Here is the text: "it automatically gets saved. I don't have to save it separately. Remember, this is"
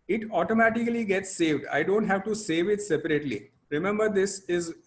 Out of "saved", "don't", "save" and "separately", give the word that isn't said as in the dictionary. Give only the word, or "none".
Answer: none